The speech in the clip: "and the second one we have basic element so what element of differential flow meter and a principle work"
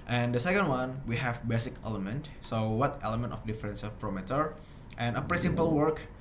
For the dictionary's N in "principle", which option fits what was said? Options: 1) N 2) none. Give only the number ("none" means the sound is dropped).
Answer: 2